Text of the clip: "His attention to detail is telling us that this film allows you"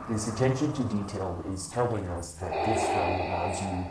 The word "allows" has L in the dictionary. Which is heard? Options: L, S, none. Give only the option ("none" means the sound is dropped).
none